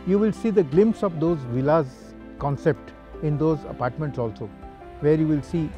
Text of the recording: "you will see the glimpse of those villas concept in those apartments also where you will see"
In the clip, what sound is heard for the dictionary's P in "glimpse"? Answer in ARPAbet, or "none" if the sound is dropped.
P